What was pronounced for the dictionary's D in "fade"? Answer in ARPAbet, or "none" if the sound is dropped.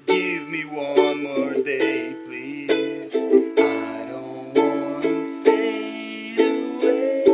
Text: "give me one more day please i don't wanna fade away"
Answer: none